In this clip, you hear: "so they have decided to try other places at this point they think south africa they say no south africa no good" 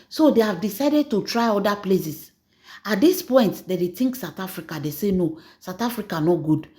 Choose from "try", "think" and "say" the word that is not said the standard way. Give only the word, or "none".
think